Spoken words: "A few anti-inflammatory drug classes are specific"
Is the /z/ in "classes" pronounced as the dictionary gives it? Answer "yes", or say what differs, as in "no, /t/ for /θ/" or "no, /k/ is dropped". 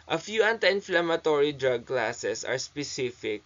no, /s/ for /z/